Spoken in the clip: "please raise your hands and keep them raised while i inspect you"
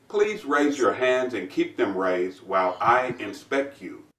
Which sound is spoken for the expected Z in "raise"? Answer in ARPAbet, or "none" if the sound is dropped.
Z